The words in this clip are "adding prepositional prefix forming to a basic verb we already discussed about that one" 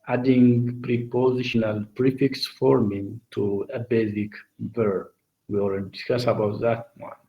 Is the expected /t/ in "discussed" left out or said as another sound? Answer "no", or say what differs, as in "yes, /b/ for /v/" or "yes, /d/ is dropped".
yes, /t/ is dropped